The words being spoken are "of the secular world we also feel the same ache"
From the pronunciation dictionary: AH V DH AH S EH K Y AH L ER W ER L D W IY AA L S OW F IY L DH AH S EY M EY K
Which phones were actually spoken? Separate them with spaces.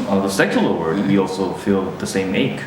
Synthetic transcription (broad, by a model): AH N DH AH S EH K Y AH L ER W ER D W IY AA L S OW F IY L DH AH S EY M EY K